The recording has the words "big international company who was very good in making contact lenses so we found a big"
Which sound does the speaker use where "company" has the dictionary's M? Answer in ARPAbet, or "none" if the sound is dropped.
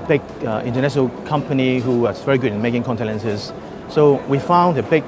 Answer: M